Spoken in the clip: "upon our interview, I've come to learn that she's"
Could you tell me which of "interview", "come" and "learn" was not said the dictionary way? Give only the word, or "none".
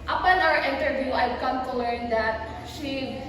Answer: none